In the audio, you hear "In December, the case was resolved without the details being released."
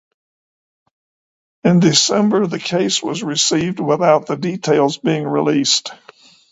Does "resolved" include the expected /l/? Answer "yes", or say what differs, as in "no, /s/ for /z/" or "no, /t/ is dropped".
no, /l/ is dropped